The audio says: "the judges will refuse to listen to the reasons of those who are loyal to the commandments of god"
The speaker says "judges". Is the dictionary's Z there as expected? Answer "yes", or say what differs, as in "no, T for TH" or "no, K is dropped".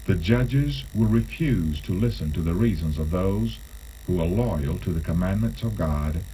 yes